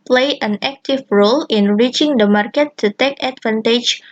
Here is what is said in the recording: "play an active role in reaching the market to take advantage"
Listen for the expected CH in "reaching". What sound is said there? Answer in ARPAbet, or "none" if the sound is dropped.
CH